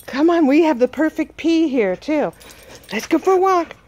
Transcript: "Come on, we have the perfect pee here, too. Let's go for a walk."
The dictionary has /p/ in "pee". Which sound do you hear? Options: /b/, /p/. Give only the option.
/p/